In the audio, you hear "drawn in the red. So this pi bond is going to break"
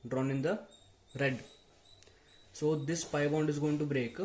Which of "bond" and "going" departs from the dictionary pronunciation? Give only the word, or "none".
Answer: none